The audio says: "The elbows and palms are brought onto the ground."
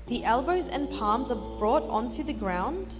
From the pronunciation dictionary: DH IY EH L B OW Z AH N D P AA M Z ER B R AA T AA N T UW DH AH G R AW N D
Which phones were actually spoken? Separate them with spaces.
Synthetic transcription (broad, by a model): DH IY EH L B OW Z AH N P AA M Z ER B R AA T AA N T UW DH AH G R AW N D